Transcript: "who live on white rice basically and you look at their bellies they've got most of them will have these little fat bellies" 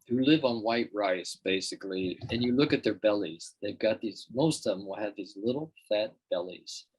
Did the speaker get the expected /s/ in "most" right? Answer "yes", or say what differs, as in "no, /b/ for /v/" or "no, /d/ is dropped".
no, /s/ is dropped